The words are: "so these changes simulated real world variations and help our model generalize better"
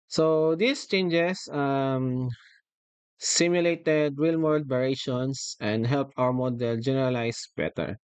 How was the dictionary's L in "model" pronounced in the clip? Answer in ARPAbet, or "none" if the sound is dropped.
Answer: L